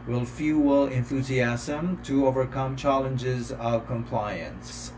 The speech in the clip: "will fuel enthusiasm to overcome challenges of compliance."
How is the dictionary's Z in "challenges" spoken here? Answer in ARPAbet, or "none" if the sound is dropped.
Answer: Z